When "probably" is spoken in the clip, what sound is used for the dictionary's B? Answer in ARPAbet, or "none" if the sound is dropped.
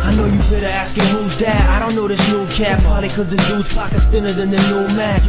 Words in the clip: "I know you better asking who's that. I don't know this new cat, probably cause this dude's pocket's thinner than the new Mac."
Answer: none